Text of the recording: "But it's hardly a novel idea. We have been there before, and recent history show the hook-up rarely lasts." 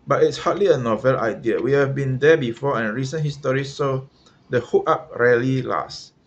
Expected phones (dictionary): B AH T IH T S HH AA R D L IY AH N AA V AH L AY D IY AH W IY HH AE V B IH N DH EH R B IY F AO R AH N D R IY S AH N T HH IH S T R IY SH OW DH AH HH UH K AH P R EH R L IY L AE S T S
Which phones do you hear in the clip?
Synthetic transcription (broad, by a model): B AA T IH T S HH AA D L IY AH N AA V AH L AY D IY AH W IY HH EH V B IH N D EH B IY F AO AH N R IY S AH N HH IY S T R IY S OW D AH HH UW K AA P R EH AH L IY L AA S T